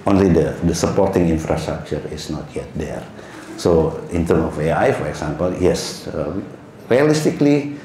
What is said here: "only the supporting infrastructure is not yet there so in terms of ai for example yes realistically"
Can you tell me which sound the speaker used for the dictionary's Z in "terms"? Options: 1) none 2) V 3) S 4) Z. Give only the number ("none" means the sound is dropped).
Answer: 1